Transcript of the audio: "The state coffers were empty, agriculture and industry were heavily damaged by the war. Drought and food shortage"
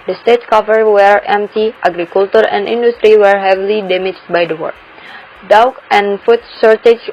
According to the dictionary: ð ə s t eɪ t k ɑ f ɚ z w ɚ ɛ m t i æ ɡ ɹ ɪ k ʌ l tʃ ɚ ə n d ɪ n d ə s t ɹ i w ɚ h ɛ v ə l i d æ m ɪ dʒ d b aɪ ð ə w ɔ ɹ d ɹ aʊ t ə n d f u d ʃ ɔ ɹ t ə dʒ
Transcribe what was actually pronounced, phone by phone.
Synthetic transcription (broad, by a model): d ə s t eɪ t k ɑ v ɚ w ɚ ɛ m t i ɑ ɡ ɹ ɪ k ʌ l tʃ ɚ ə n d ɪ n d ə s t ɹ i w ɚ h ɛ v ə l i d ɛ m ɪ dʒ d b aɪ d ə w ɔ ɹ d aʊ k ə n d f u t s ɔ ɹ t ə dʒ